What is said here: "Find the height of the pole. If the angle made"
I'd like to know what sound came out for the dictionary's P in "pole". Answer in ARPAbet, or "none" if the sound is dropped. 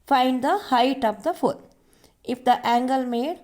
F